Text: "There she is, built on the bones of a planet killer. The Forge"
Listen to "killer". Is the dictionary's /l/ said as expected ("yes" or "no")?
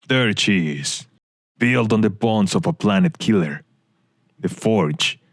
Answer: yes